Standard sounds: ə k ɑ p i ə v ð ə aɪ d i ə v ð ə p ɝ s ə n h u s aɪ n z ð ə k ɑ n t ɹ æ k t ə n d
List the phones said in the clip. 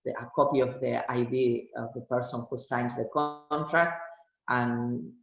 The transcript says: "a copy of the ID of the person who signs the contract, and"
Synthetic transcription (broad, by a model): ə k ɑ p i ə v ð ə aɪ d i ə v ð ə p ɝ s ə n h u s aɪ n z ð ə k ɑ n t ɹ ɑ k t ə n